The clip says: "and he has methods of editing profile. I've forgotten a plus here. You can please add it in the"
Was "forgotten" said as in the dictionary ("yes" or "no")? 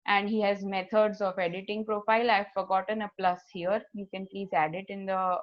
yes